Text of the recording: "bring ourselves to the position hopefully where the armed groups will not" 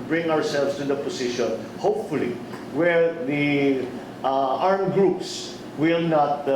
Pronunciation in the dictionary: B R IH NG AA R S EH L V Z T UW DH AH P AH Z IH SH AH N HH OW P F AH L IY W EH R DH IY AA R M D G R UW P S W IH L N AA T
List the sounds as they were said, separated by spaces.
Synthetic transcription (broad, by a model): B R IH NG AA R S EH L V S T UW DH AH P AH S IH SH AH N HH OW P F AH L IY W EH R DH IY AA R M G R UW P S W IH L N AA T